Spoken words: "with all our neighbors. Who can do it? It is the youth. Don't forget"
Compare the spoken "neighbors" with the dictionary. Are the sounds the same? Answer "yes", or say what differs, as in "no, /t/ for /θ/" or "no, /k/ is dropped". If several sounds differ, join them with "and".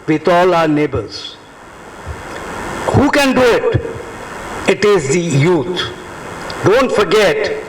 yes